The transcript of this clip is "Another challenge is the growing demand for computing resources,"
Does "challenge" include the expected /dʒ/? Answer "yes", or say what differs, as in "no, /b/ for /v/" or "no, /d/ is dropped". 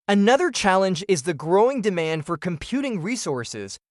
yes